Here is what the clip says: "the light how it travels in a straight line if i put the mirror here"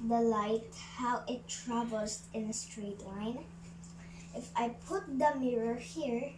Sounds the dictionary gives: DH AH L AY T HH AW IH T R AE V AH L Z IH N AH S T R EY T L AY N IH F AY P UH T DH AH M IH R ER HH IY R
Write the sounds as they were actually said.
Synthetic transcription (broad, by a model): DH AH L AY T HH AW IH T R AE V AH L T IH N AH S T R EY T L AY N IH F AY P UH T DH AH M IH R ER HH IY R